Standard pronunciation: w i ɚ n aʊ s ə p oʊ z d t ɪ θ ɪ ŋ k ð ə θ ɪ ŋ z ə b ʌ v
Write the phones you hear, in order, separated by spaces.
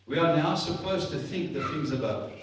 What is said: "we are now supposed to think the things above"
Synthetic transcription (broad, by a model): w i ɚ n aʊ s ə p oʊ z t ɪ θ ɪ ŋ k ð ə θ ɪ ŋ z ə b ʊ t